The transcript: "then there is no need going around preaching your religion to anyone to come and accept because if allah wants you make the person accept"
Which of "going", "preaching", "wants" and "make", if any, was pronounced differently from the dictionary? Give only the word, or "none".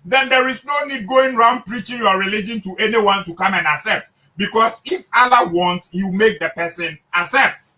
wants